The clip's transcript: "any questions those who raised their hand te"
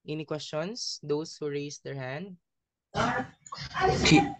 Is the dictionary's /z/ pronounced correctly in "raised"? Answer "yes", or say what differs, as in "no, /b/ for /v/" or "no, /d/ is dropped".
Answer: no, /s/ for /z/